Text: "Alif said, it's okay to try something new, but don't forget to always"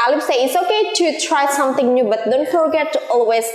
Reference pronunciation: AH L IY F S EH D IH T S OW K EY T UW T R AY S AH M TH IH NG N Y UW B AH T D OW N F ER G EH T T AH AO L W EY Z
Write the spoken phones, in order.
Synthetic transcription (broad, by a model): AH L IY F S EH IH T S OW K EY T UW T R AY S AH M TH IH NG N Y UW B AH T D OW N F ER G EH T T AO L W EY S